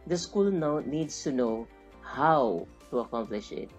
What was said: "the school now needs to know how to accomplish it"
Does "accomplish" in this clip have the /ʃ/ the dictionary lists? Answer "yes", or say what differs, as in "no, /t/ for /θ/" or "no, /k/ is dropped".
yes